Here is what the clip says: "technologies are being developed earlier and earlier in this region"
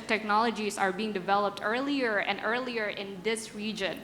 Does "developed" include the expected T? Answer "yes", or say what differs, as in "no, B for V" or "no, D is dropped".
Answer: yes